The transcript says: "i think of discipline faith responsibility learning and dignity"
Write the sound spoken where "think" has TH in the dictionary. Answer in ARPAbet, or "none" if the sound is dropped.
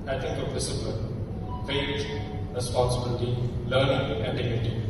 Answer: T